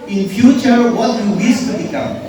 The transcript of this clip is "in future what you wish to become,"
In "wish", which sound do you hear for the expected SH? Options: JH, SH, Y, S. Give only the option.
S